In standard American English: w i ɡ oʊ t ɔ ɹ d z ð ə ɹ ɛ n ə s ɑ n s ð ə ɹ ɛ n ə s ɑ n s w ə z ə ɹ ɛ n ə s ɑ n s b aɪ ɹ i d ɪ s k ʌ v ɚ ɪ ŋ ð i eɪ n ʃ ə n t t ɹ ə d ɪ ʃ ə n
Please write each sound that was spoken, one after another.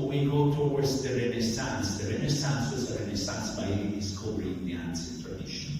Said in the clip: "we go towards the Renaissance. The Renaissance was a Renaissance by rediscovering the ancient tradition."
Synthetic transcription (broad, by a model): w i ɡ oʊ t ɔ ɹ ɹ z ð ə ɹ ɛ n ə s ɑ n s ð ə ɹ ɛ n ə s ɑ n s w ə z ə ɹ ɛ n ə s ɑ n s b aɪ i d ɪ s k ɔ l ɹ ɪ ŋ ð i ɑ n s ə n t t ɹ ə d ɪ ʃ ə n